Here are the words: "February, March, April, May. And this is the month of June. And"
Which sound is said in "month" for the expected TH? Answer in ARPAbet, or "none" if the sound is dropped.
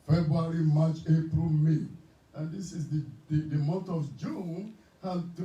T